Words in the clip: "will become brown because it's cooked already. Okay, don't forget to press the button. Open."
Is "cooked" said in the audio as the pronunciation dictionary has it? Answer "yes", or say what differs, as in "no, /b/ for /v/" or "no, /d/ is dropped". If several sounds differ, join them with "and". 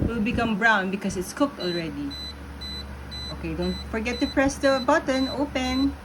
yes